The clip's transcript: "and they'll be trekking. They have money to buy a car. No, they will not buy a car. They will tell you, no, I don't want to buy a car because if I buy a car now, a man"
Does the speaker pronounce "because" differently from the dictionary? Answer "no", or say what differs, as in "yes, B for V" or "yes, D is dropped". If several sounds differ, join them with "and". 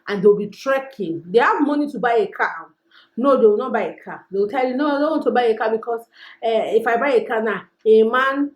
yes, S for Z